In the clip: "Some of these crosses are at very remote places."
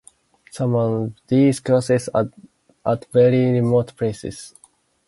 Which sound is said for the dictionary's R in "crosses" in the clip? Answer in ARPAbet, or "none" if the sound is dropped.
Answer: none